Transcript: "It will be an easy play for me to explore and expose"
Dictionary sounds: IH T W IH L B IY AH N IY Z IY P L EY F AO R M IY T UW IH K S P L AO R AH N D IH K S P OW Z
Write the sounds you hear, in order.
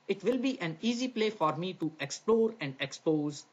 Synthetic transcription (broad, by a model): IH T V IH L B IY AH N IY Z IY P L EY F AO R M IY T UW IH K S P L AO R AH N D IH K S P OW Z